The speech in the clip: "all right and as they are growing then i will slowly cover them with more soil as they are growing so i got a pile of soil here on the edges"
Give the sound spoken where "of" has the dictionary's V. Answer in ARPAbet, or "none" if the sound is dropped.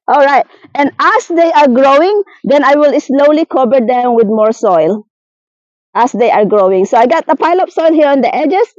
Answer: P